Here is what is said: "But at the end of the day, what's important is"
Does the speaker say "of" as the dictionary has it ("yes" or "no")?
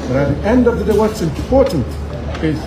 yes